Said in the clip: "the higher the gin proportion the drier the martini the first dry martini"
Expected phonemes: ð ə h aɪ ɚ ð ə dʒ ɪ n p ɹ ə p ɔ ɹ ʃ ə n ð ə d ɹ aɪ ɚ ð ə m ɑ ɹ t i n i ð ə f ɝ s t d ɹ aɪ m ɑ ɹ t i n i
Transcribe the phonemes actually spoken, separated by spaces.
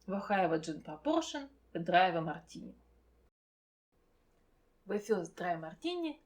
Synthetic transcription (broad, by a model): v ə h aɪ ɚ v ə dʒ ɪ n p ɹ ə p ɔ ɹ ʃ ə n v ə d ɹ aɪ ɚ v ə m ɑ ɹ t i n i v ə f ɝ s d ɹ aɪ m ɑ ɹ t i n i